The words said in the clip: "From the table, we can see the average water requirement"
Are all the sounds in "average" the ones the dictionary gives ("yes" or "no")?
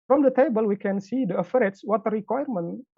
no